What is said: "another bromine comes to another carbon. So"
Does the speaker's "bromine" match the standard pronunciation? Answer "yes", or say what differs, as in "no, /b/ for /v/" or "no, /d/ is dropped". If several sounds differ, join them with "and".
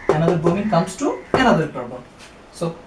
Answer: no, /ɹ/ is dropped